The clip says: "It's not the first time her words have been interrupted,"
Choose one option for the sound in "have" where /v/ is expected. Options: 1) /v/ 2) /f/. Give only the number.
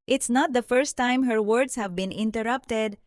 1